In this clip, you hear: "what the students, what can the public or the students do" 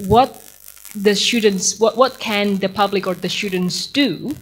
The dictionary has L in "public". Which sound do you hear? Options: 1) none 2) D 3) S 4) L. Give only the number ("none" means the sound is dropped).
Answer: 4